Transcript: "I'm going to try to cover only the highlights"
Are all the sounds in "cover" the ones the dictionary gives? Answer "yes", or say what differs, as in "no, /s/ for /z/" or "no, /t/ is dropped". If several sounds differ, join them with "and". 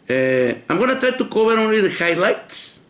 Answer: no, /b/ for /v/